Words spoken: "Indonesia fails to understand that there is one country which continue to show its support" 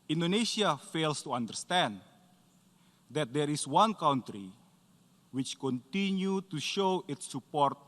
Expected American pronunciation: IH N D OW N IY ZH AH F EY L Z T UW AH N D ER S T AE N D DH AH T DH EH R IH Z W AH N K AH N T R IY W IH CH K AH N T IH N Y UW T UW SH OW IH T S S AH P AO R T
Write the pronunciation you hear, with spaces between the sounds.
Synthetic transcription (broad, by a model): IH N D OW N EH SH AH F EY L S T UW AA N D ER S T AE N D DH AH T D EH R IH S W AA N K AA N T R IY W IH CH K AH N T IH N Y UW T UW SH OW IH T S S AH P AO R T